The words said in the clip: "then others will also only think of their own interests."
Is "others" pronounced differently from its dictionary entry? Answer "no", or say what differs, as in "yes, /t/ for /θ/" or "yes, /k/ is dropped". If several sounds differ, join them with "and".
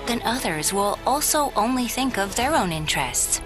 no